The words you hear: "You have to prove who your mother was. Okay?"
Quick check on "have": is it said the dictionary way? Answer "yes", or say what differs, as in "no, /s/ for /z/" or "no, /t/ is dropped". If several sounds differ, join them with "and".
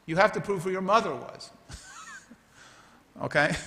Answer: no, /f/ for /v/